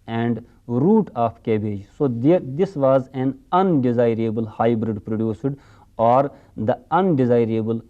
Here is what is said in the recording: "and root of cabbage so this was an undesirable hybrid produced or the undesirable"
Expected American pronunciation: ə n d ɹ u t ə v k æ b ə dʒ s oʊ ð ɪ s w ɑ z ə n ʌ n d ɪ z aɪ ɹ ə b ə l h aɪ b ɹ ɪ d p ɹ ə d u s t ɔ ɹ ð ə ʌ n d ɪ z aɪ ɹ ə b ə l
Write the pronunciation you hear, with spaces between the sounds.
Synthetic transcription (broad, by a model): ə n d ɹ u t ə p k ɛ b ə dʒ s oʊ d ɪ s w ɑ z ə n ʌ n d ɪ z aɪ ɹ ə b ə l h aɪ b ɹ ɪ d p ɹ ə d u s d ɔ ɹ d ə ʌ n d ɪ z aɪ ɹ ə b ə l